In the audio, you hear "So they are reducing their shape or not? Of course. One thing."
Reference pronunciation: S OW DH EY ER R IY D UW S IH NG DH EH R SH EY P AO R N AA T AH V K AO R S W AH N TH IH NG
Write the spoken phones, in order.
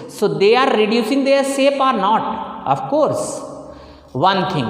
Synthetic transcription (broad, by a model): S OW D EY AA R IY D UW S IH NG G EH R S EY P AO R N AA T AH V K AO R S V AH N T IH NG